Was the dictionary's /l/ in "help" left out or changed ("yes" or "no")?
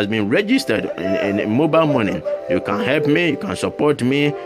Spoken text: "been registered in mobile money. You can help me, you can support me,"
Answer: no